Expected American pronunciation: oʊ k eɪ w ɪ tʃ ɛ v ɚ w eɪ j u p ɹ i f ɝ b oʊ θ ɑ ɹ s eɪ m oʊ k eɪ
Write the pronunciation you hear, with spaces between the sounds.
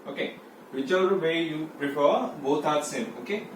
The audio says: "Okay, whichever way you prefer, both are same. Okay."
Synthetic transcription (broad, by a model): oʊ k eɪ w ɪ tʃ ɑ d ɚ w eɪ j u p ɹ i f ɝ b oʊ t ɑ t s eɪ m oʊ k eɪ